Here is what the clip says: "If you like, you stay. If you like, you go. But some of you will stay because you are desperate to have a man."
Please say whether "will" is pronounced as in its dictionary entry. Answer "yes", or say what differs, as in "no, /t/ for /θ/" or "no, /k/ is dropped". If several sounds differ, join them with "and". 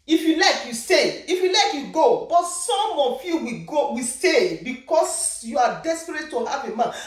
no, /w/ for /l/